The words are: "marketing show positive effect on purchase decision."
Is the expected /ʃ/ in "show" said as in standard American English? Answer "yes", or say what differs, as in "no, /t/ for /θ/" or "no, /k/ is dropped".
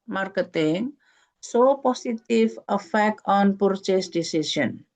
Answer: no, /s/ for /ʃ/